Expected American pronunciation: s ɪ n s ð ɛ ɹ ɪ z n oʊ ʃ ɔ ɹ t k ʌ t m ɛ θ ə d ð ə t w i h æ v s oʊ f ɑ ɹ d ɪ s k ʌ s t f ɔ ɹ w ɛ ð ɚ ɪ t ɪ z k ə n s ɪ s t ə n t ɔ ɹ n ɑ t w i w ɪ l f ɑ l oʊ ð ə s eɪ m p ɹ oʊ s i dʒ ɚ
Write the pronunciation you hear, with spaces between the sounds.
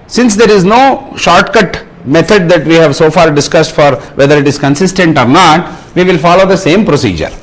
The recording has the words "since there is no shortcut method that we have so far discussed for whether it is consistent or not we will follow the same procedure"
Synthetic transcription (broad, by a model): s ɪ n s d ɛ ɹ ɪ z n oʊ ʃ ɔ ɹ t k ʌ t m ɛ t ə d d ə t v i h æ v s oʊ f ɑ ɹ d ɪ s k ʌ s t f ɔ ɹ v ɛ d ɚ ɪ t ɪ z k ə n s ɪ s t ə n t ɔ ɹ n ɑ t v i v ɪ l f ɑ l oʊ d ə s eɪ m p ɹ oʊ s i dʒ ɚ